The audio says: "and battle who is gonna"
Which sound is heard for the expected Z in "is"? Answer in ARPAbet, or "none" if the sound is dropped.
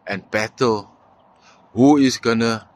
S